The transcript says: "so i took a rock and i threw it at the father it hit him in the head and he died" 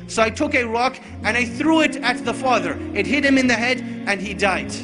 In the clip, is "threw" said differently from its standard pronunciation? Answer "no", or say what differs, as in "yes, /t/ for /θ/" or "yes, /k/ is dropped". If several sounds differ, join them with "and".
no